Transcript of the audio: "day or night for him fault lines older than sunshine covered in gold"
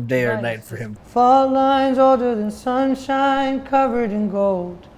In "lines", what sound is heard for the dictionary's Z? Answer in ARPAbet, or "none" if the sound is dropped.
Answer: Z